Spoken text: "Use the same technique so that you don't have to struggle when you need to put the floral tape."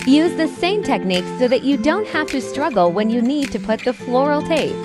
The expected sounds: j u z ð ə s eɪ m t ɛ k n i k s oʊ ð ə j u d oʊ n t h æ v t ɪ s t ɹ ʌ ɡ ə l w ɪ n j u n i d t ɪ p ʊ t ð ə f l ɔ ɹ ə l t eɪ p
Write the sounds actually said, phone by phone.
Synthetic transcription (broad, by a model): j u z ð ə s eɪ m t ɛ k n i k s oʊ ð ə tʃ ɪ d oʊ n t h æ f t ɪ s t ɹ ʌ ɡ l w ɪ n j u n i d t ɪ p ʊ t ð ə f l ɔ ɹ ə l t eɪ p